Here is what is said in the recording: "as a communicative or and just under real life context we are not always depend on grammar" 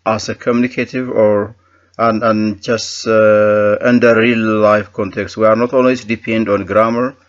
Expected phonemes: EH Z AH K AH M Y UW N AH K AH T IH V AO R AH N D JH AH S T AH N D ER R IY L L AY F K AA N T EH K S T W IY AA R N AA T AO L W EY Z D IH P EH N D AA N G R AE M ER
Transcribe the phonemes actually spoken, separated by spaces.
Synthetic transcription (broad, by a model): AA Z AH K AH M Y UW N AH K AH T IH V AO R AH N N JH AH S T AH N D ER R IY L L AY F K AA N T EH K S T W IY AA R N AA T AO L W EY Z D IH P EH N D AA N G R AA M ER